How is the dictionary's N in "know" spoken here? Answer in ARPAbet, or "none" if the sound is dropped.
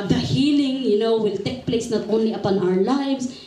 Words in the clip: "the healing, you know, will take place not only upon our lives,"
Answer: N